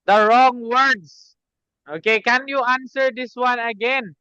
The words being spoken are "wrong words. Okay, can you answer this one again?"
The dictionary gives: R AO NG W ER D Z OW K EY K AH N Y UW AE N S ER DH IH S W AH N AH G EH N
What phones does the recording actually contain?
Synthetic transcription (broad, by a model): R AO NG W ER D S OW K EY K AH N Y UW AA N S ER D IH S W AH N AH G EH N